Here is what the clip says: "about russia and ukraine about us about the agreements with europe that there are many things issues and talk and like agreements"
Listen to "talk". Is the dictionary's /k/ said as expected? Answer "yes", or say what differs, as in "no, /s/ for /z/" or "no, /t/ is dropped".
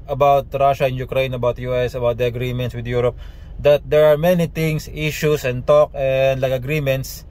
yes